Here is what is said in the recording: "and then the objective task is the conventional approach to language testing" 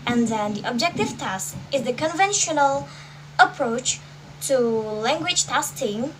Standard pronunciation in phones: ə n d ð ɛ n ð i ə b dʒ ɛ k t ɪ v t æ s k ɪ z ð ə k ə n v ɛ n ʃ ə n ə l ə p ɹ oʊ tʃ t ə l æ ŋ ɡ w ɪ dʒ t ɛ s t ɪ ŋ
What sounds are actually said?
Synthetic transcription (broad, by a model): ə n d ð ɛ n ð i ə b dʒ ɛ k t ɪ v t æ s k ɪ z ð ə k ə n v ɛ n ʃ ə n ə l ə p ɹ oʊ tʃ t ə l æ ŋ ɡ w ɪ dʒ t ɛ s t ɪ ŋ